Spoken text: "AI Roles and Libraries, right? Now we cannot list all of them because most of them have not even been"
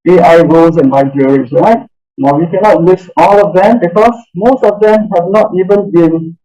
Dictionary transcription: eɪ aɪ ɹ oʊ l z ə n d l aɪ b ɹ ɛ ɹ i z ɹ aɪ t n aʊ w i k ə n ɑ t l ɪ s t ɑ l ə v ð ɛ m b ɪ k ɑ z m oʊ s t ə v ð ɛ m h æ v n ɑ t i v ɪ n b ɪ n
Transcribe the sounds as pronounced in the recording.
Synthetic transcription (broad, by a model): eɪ aɪ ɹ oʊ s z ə n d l aɪ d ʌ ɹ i s ɹ aɪ t n aʊ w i k ə n ɑ t w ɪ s ɑ l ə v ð ɛ m b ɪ k ɑ s m oʊ s t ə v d ɛ m h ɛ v n ɑ t i v ɪ n b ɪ n